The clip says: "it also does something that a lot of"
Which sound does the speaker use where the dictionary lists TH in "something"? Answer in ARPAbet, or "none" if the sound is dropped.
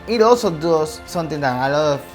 T